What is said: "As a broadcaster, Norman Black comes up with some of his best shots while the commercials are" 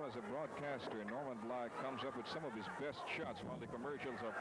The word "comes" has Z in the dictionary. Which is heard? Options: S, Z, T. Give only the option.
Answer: Z